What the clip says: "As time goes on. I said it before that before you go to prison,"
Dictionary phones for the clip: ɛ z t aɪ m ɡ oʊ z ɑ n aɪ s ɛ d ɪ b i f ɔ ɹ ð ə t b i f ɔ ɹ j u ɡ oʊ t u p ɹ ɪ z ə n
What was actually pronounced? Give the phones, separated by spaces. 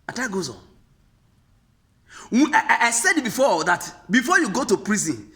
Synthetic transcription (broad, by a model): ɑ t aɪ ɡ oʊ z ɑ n aɪ s ɛ d b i f ɔ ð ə t b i f ɔ j u ɡ oʊ t u p ɹ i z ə n